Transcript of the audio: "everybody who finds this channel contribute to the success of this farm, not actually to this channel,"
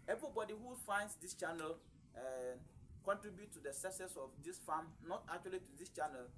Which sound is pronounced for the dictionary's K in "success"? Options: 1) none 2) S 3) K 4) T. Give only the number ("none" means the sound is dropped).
1